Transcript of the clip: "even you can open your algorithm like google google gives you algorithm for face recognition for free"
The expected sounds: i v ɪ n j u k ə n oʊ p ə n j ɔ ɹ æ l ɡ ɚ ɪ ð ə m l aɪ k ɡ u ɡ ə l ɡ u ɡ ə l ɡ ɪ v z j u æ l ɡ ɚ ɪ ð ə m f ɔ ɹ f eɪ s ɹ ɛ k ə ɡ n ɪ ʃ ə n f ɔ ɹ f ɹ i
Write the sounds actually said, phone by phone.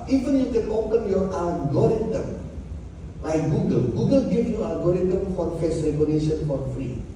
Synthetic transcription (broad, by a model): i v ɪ n j u k ə n oʊ p ə n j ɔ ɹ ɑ ɡ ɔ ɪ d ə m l aɪ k ɡ u ɡ ə l ɡ u ɡ ə l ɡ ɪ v j u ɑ ɡ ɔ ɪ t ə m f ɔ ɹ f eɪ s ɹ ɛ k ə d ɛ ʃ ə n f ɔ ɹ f ɹ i